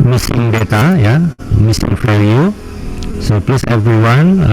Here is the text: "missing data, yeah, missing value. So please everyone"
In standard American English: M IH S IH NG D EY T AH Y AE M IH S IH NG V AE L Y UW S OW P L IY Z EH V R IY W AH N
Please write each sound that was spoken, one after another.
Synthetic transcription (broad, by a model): M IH S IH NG D EY T AH Y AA M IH S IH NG F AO Y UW S OW P L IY S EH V R IY W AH N